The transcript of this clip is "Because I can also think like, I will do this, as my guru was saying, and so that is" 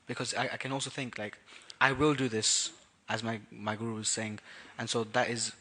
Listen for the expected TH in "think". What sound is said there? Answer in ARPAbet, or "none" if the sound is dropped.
TH